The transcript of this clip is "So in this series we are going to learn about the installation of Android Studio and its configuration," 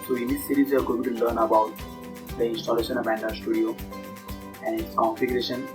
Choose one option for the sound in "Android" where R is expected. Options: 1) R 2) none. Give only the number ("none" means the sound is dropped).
2